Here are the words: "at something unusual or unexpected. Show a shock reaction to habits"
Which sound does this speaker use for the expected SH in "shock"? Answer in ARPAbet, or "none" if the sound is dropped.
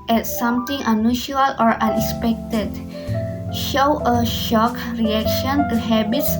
SH